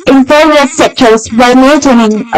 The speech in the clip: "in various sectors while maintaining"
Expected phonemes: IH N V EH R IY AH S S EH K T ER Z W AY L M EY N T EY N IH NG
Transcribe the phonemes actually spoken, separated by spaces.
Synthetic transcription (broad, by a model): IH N P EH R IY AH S S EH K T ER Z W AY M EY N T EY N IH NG